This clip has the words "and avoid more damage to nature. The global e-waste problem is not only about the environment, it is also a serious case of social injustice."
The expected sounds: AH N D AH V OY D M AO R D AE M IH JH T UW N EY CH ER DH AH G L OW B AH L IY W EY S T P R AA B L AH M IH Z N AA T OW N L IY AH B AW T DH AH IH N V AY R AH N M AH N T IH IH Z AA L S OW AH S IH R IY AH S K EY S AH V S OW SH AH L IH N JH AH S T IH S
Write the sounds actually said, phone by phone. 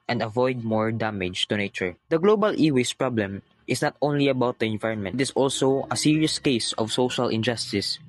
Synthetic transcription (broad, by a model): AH N D AH V OY D M AO R D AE M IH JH T UW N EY CH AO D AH G L OW B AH L IY W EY S P R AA B L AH M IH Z N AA T OW N L IY AH B AW T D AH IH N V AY R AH N M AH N T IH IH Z AA L S OW AH S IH R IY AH S K EY S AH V S OW SH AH L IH N JH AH S T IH S